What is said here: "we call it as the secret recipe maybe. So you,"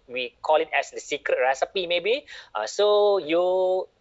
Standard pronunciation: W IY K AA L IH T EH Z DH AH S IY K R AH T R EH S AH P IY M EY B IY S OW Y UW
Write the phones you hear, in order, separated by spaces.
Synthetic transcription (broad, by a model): W IY K AA L IH T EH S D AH S IY K R AH T R EH S AH P IY M EY B IY S OW Y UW